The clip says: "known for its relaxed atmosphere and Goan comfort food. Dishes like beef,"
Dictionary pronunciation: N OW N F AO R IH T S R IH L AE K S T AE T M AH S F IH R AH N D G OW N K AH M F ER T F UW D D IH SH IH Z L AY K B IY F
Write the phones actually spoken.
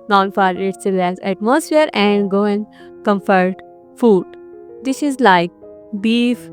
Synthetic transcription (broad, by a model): N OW N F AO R IH T S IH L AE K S AE T M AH S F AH R AH N D G OW N K AH M F ER T F UW D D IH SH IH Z L AY K B IY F